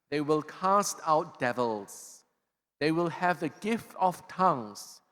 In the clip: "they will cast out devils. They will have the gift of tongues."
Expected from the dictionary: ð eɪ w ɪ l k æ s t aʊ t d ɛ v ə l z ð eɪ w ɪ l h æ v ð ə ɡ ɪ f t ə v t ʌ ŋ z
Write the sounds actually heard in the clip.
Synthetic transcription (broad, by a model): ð eɪ w ɪ l k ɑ s t aʊ t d ɛ v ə l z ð eɪ w ɪ l h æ v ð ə ɡ ɪ f t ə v t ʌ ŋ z